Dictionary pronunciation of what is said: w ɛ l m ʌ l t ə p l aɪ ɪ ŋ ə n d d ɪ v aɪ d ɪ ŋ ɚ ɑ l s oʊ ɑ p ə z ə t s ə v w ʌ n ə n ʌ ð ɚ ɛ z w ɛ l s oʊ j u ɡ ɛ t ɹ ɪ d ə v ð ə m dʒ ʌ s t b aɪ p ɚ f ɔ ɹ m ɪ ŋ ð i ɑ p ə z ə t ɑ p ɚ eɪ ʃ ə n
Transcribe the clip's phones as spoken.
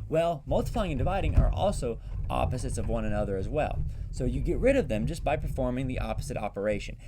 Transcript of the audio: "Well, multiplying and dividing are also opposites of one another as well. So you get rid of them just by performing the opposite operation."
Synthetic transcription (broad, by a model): w ɛ l m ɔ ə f l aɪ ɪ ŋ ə n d d ɪ v aɪ d ɪ ŋ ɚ ɑ l s oʊ ɑ p ə z ə t s ə v w ʌ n ə n ʌ ð ɚ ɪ z w ɛ l s oʊ j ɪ ɡ ɛ t ɹ ɪ d ə v ð ə m dʒ ʌ s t b aɪ p ɚ f ɔ ɹ m ɪ ŋ ð i ɑ p ə z ə t ɑ p ɚ eɪ ʃ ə n